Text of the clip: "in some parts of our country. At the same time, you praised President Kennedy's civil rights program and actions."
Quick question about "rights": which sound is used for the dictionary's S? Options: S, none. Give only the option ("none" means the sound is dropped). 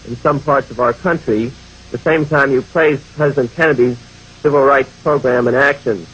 S